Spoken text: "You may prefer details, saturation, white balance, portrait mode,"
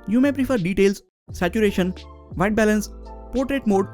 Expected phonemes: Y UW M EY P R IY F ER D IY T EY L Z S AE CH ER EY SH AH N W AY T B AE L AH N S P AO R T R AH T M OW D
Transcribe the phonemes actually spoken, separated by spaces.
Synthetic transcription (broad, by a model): Y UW M EY P R IY F ER D IY T EY L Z S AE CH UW EY SH AH N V AY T B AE L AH N S P AO R T R AH T M OW D